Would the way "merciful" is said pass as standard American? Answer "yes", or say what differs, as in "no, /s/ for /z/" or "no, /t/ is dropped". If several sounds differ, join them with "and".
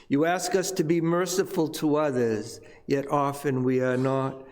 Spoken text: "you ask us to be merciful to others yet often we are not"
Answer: yes